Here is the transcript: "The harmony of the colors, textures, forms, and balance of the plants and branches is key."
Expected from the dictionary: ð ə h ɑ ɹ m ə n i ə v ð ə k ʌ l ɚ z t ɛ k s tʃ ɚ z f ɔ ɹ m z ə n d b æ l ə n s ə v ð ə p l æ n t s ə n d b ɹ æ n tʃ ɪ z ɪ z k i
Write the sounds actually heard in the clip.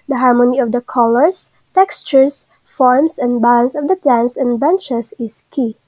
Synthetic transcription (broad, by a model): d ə h ɑ ɹ m ə n i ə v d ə k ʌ l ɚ s t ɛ k s tʃ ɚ s f ɔ ɹ m s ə n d b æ l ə n s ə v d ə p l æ n s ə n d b ɛ n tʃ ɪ s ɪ s k i